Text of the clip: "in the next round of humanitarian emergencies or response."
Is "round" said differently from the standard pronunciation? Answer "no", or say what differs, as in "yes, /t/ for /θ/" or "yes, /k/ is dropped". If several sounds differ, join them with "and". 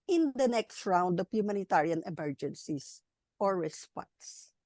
no